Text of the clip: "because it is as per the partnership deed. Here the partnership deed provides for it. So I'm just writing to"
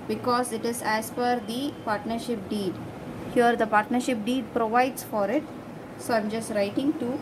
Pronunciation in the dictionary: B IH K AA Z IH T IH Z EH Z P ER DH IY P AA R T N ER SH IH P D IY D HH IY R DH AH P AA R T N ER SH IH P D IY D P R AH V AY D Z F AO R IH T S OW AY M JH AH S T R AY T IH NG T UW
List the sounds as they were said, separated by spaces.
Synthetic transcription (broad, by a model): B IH K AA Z IH T IH Z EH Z F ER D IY P AA R T N ER SH IH P D IY D HH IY R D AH P AA R T N ER SH IH P D IY D P R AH V AY D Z F AO R IH T S OW AY M JH AH S T R AY T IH NG T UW